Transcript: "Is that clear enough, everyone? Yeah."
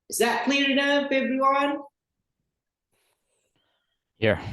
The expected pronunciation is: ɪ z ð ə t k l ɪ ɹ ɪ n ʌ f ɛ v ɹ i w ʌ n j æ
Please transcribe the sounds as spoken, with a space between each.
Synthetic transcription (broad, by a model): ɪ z ð ə t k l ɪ ɹ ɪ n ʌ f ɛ b ɹ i w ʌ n j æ